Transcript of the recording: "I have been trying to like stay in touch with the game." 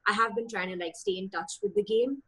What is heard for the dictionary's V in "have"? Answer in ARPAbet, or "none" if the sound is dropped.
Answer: V